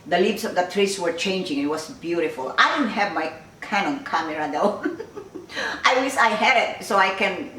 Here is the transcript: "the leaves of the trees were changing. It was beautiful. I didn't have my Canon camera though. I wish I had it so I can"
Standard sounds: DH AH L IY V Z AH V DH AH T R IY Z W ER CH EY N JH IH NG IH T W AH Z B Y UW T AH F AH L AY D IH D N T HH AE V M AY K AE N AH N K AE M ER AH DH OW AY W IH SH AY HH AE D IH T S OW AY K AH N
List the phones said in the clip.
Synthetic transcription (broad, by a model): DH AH L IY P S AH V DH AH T R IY S W ER CH EY N JH IH NG IH T W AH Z B Y UW T AH F AH L AY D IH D N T HH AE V M AY K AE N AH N K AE M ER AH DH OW AY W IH S AY HH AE D IH T S OW AY K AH N